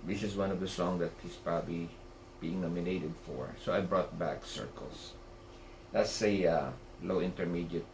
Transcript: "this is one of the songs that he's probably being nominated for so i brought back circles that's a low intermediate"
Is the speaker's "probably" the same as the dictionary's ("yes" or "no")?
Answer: yes